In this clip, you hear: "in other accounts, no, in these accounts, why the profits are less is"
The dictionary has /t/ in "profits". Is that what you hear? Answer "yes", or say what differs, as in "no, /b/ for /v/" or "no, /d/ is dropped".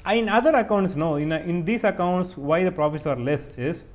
no, /s/ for /t/